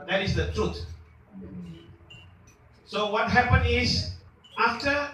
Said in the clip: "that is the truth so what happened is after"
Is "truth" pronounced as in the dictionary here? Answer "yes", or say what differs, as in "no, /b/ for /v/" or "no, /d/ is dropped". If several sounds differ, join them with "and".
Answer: no, /t/ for /θ/